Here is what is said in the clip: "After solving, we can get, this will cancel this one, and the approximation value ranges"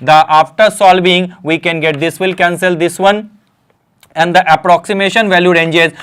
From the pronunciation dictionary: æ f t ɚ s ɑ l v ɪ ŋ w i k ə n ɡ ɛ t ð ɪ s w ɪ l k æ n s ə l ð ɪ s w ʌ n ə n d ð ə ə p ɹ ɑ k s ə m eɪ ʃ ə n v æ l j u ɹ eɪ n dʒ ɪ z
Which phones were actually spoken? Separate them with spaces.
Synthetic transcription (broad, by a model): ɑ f t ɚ s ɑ l b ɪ ŋ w i k ə n ɡ ɛ t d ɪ s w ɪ l k æ n s ə l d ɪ s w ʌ n ə n d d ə ə p ɹ ɑ k s ə m eɪ ʃ ə n v æ l j u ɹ eɪ n dʒ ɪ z